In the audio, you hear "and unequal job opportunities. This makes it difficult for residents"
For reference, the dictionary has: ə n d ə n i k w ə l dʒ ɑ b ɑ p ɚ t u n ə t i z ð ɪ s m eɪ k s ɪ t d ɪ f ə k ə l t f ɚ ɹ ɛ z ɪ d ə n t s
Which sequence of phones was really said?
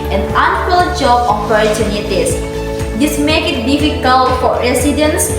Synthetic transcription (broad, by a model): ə n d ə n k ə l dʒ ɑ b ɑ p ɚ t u n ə t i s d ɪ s m eɪ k ɪ t d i f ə k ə l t f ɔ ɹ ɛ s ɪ d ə n s